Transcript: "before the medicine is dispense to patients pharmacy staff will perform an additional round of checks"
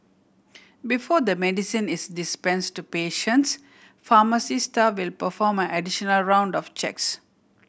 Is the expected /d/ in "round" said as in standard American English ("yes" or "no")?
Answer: yes